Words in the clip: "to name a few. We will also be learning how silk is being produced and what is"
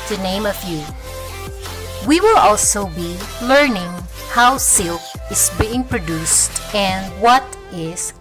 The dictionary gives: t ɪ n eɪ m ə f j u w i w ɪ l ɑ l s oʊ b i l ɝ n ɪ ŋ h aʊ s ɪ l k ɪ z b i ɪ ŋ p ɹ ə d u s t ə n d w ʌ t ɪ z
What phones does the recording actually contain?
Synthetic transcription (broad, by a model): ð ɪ n eɪ m ə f j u w i w ɪ l ɑ l s oʊ b i l ɝ n ɪ ŋ h aʊ s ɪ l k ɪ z b i ɪ ŋ p ɹ ə d u s t ə n d w ʌ t ɪ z